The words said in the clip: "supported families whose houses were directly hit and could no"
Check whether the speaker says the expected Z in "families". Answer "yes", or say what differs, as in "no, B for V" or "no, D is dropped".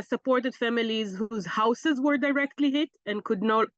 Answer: yes